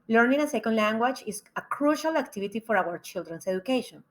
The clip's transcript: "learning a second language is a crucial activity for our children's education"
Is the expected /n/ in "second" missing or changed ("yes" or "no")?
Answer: no